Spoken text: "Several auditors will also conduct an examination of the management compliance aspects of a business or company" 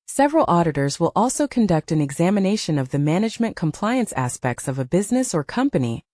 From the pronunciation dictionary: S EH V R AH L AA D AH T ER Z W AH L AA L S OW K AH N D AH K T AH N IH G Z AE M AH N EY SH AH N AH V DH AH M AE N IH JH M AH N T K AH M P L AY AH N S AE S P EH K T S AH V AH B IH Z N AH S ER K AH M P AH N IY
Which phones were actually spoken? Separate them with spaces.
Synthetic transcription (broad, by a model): S EH V R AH L AA D AH T ER Z W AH L AA L S OW K AH N D AH K T AH N IH G Z AE M AH N EY SH AH N AH V DH AH M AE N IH JH M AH N K AH M P L AY AH N S AE S P EH K T S AH V AH B IH Z N AH S ER K AH M P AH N IY